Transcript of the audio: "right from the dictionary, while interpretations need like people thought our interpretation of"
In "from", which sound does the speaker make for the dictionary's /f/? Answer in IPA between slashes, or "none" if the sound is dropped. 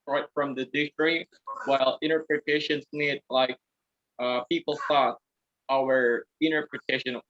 /f/